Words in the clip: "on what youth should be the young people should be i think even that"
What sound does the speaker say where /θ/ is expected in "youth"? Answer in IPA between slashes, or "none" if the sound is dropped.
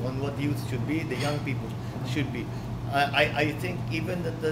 /t/